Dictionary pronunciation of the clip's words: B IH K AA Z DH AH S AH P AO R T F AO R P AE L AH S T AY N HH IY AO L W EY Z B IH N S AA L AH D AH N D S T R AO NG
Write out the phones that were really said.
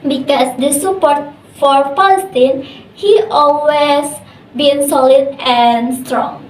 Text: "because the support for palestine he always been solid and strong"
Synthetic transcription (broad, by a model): B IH K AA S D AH S AH P AO R T F AO R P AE L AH S T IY N HH IY AO L W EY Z B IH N S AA L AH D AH N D S T R AO NG